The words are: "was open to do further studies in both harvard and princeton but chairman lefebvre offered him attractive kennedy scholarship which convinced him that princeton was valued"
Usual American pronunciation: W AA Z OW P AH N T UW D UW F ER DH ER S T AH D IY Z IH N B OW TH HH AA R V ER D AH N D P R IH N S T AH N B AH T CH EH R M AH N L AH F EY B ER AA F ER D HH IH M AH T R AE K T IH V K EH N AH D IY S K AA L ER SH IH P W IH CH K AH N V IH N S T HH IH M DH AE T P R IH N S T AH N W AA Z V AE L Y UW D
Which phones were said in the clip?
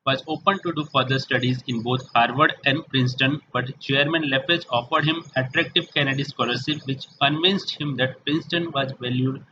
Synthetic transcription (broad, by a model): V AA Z OW P AH N T UW D UW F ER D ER S T AH D IY Z IH N B OW T HH AA R V ER D AH N D P R IH N S T AH N B AH T CH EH R M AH N L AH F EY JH AA F ER D HH IH M AH T R AE K T IH V K EH N AH D IY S K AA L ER S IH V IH CH K AH N V IH N S T HH IH M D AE T P R IH N S T AH N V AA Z V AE L Y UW D